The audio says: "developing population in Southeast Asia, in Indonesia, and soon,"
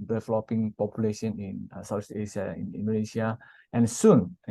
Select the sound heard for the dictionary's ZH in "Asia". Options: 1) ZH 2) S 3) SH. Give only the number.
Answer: 2